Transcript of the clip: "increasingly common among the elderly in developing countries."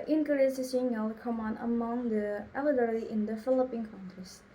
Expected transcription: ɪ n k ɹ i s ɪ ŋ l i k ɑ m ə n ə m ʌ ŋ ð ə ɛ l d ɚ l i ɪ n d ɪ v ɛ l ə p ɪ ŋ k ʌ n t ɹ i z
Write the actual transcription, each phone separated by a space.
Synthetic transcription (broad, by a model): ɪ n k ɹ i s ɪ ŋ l k ɑ m ə n ə m ʌ ŋ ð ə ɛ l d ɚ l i ɪ n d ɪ f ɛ l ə p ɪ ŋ k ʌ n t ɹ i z